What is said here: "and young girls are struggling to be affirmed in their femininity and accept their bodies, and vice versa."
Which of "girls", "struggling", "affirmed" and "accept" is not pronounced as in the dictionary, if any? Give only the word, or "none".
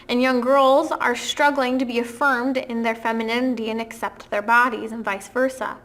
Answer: none